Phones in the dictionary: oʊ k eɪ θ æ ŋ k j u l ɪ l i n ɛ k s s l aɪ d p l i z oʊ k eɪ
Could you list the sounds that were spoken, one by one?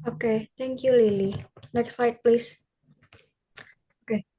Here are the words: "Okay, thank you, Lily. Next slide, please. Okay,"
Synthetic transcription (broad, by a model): oʊ k eɪ t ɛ ŋ k j u l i l i n ɛ k s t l aɪ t p l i s oʊ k eɪ